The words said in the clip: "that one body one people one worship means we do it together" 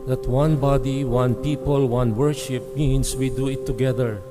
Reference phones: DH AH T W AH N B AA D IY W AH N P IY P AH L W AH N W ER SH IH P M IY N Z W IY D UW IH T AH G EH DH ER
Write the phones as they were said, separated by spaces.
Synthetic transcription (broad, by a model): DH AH T W AH N B AA D IY W AH N P IY P AH L W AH N W ER SH IH P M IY N S W IY D UW IH T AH G EH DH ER